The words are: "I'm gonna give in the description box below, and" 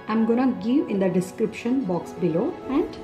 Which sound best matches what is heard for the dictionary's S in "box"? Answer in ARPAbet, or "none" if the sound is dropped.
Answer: S